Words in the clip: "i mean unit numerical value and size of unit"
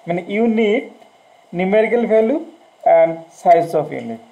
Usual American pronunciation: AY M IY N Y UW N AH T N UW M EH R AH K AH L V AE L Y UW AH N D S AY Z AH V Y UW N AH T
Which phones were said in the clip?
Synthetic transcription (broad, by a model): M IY N Y UW N AH T N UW M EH R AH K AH L F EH L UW AH N D S AY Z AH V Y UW N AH T